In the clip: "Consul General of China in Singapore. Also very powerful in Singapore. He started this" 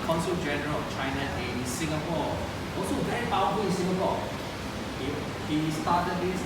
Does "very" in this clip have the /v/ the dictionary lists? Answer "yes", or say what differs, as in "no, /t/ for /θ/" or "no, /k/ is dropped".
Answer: no, /b/ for /v/